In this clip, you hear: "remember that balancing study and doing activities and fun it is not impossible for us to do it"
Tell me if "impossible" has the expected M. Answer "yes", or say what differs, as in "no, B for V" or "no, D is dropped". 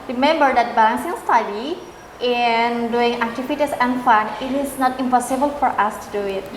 yes